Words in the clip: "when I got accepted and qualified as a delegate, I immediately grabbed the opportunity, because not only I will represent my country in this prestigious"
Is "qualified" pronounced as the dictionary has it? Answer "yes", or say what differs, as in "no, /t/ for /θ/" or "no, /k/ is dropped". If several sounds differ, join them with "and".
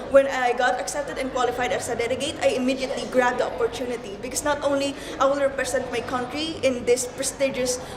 yes